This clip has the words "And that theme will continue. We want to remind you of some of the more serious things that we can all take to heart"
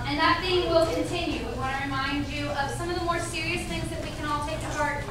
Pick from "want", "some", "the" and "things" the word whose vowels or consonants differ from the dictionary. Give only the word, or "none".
want